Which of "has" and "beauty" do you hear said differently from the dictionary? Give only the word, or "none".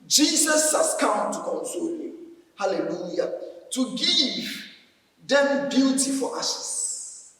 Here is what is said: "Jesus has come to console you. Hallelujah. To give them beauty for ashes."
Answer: has